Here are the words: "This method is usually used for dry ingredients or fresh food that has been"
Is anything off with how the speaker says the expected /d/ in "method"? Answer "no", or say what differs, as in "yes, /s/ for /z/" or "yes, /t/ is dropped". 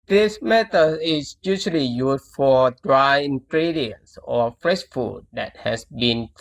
yes, /d/ is dropped